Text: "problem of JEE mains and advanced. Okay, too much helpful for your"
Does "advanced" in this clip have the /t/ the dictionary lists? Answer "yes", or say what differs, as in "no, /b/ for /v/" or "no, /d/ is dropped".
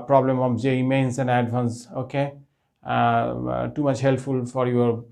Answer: no, /t/ is dropped